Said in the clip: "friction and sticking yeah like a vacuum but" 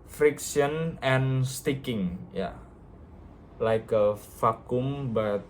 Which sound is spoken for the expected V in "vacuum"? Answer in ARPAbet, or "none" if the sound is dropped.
F